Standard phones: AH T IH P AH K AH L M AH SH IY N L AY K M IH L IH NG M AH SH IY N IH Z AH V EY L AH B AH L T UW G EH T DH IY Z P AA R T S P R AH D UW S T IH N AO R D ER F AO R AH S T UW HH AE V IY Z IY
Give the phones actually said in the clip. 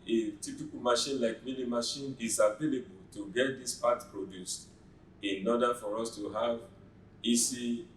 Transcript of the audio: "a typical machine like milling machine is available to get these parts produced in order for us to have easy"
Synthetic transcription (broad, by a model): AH T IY P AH K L M AH SH IY N L AY K M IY N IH M AH SH IY N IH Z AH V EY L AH B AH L T UW G EH T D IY S P AA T P R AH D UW S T IH N AO D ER F AO R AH S T UW HH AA V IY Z IY